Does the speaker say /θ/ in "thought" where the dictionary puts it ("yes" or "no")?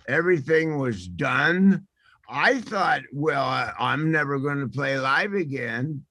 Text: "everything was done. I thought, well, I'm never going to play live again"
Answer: yes